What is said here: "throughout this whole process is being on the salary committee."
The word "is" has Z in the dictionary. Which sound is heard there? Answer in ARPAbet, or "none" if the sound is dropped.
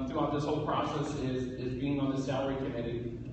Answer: Z